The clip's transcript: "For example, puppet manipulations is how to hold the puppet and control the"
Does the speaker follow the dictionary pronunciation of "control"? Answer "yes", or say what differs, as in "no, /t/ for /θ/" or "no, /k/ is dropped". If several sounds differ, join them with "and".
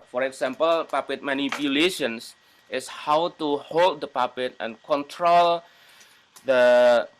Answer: yes